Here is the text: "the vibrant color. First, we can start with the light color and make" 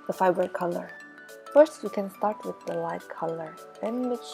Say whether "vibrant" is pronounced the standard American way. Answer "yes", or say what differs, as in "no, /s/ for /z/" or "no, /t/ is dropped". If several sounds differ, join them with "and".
no, /f/ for /v/ and /ɹ/ is dropped